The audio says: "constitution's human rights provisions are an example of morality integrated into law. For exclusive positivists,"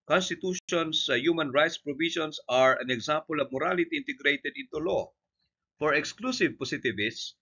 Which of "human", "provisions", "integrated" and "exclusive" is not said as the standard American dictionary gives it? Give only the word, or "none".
provisions